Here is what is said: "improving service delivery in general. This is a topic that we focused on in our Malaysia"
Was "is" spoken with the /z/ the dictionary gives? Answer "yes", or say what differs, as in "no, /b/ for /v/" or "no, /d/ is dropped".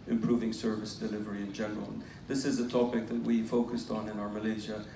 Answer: yes